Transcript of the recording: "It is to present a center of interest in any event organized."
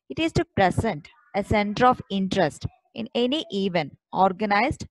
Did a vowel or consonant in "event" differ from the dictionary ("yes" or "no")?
yes